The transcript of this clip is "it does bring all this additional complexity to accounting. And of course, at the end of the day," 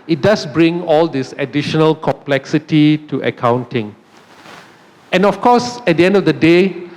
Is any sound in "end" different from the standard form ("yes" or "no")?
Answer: no